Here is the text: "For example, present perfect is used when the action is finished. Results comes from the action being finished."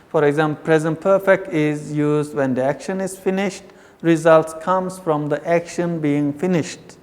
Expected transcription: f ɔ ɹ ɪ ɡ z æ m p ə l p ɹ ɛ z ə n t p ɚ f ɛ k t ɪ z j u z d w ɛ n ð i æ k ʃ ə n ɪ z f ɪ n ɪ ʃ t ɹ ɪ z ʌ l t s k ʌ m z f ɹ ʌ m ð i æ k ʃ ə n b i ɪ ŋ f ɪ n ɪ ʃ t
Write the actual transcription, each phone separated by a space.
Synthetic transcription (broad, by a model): f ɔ ɹ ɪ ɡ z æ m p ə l p ɹ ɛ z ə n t p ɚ f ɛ k t ɪ z j u z d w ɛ n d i æ k ʃ ə n ɪ z f ɪ n ɪ ʃ t ɹ ɪ z ʌ l t s k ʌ m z f ɹ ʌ m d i æ k ʃ ə n b i ɪ ŋ f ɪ n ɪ ʃ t